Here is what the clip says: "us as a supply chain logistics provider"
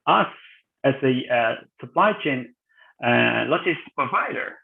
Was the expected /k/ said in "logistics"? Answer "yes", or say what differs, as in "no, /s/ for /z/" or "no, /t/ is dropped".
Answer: no, /k/ is dropped